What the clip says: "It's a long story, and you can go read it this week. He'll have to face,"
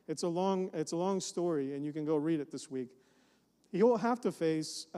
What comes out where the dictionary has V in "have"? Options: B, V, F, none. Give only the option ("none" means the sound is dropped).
F